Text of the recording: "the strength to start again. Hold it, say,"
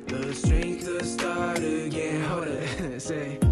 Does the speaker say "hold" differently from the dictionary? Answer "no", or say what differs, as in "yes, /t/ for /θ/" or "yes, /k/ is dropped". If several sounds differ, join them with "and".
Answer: yes, /l/ is dropped